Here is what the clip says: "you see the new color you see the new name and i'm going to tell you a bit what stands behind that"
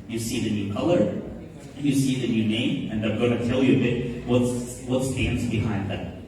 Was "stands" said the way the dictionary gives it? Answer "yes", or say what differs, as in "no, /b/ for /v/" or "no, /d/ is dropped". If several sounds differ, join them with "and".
yes